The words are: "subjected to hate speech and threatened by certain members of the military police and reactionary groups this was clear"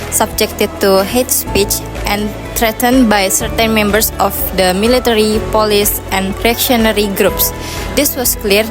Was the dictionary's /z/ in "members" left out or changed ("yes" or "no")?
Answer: yes